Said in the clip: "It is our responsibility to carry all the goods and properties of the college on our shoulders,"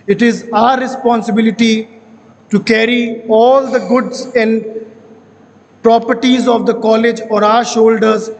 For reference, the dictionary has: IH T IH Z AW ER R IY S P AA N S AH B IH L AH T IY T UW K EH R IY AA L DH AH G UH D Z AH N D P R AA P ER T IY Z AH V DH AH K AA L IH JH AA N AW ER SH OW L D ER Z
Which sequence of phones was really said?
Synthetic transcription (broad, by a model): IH T IH Z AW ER R IY S P AA N S AH B IH L AH T IY T UW K EH R IY AA L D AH G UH D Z AH N D P R AA P ER T IY Z AH V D AH K AA L IH JH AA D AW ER SH OW L D ER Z